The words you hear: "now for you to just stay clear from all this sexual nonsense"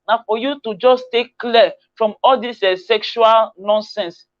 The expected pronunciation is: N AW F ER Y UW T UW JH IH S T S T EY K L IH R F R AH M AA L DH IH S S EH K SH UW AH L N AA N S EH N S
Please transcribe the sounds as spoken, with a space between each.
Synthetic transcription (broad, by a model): N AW F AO Y UW T UW JH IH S S T EY K L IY F R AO M AA L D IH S S EH K SH UW AH L N AA N S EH N S